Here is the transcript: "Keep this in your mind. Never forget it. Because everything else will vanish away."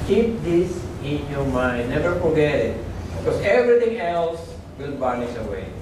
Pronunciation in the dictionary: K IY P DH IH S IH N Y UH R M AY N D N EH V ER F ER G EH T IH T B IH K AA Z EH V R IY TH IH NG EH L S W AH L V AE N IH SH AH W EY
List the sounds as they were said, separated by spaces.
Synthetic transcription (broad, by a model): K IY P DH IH S IH N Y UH M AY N N EH V ER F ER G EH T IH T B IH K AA S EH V R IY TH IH NG EH L S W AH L B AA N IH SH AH W EY